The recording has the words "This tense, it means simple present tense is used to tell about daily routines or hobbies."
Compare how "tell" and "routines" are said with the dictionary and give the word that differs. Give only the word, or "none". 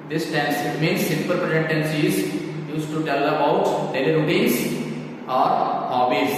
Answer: routines